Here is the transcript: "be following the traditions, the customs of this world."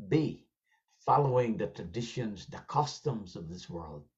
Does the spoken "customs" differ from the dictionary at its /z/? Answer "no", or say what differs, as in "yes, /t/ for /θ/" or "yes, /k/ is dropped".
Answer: no